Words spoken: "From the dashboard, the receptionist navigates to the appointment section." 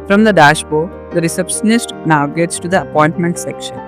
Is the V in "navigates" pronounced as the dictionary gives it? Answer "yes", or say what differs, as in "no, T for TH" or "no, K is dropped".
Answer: no, V is dropped